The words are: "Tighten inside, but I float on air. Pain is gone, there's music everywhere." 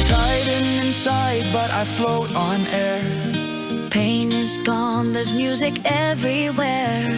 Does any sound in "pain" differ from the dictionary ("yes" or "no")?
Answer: no